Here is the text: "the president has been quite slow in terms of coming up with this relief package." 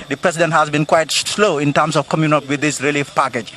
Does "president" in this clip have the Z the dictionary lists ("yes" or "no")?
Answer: no